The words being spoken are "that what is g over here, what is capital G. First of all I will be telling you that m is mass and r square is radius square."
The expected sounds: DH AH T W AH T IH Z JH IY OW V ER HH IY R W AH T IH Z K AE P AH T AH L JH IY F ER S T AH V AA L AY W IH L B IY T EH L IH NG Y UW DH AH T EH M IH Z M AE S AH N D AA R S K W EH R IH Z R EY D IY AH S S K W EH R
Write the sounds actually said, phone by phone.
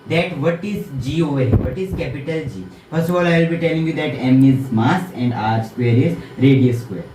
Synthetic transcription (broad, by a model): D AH T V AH T IH Z JH IY OW ER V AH T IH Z K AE P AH T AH L JH IY F ER S T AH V AA L AY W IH L B IY T EH L IH NG Y UW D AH T EH M IH Z M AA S AH N D AA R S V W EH R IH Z R EY D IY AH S S K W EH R